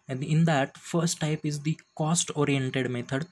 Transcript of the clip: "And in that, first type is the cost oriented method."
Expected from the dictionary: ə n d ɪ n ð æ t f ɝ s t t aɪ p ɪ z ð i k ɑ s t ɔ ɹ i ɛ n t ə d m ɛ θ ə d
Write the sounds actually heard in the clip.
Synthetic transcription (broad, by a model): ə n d ɪ n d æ t f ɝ s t t aɪ p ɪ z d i k ɑ s t ɔ ɹ i ɛ n t ə d m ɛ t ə d